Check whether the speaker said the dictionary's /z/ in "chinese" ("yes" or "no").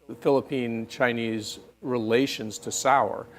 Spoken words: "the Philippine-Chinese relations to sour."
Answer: yes